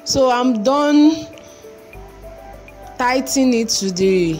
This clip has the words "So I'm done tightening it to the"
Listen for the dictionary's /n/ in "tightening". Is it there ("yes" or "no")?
no